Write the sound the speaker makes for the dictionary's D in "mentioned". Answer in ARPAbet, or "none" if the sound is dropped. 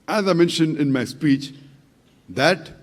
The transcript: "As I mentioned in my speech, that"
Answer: D